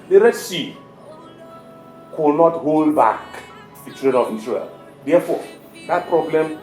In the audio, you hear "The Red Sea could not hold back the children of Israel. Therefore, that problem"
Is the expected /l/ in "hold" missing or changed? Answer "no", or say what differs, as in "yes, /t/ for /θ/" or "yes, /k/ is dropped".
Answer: no